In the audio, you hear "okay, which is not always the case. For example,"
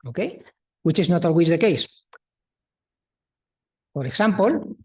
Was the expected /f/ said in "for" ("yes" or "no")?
no